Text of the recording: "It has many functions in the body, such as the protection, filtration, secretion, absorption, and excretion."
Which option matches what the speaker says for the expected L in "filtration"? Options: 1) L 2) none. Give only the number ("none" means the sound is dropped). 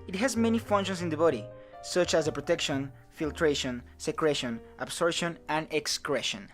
1